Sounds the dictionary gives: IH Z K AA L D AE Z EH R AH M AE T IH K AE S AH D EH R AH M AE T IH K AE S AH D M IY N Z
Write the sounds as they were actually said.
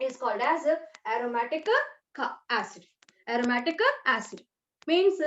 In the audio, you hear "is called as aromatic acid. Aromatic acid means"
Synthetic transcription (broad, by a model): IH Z K AA L D AE Z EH R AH M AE T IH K AE S AH D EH R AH M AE T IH K AE S AH D M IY N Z